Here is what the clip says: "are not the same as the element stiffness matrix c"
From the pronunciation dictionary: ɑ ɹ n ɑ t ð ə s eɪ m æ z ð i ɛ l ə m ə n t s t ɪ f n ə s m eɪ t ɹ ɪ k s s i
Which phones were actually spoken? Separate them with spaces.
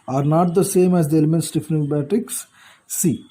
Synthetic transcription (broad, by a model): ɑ ɹ n ɑ t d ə s eɪ m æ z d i ɛ l ə m ə n t s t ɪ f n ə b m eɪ t ɪ k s s i